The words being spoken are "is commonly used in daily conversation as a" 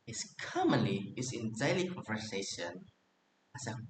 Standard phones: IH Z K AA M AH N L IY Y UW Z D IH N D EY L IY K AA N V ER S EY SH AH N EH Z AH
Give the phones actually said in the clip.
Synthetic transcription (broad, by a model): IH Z K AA M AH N IY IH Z IH N D EY L IY K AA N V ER S EY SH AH N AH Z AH